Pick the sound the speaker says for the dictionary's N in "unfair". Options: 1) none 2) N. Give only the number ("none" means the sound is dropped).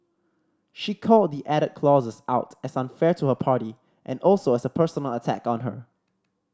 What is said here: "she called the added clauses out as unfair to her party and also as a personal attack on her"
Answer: 2